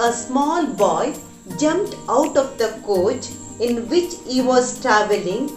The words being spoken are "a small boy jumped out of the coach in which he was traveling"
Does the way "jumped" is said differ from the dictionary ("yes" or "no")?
no